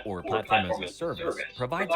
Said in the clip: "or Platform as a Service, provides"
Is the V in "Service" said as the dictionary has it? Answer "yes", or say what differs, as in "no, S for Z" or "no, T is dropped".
yes